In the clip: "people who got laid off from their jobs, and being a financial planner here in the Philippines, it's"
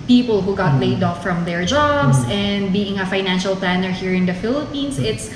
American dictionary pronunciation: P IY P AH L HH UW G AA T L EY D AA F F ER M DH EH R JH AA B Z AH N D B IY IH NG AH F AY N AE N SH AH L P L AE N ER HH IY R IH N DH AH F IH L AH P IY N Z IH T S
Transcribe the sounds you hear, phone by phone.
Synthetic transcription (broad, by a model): P IY P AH L HH UW G AA T L EY D AA F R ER M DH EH R JH AA B S AH N D B IY IH NG AH F AY N AE N SH AH L P L AE N ER HH IY R IH N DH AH F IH L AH P IY N S IH T S